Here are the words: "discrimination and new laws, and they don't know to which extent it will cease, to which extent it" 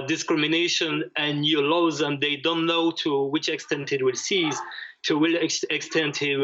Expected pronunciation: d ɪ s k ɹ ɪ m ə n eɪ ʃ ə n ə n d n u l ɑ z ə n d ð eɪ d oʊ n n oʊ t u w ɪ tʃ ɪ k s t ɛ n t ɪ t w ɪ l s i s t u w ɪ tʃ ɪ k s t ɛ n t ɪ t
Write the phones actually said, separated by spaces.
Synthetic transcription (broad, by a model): d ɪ s k ɹ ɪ m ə n eɪ ʃ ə n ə n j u l ɑ z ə n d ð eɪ d oʊ n n oʊ t u w ɪ tʃ ɪ k s t ɛ n t ɪ t w ɪ l s i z t u w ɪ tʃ ɪ k s t ɛ n t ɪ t